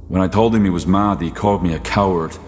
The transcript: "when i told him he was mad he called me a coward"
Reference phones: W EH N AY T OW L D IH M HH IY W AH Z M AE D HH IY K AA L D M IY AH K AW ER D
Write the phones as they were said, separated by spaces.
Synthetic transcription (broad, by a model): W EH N AY T OW L D IH M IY W AH Z M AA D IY K AA L D M IY AH K AW ER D